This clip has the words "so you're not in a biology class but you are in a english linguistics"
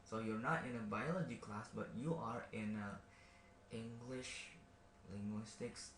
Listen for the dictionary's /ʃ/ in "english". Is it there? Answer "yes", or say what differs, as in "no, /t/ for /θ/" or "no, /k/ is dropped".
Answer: yes